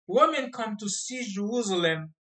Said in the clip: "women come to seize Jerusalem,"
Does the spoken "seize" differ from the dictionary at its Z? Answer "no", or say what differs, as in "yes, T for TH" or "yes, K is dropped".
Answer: yes, Z is dropped